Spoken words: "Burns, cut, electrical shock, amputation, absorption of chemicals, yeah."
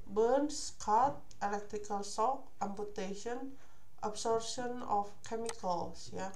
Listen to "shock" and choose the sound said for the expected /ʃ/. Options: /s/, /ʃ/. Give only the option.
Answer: /s/